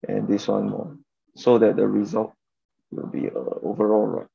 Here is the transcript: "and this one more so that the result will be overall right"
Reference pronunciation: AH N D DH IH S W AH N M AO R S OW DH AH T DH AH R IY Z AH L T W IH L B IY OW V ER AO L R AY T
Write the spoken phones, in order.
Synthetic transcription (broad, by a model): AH N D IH S W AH N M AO S OW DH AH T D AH R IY Z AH L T W IH L B IY OW V ER AO L R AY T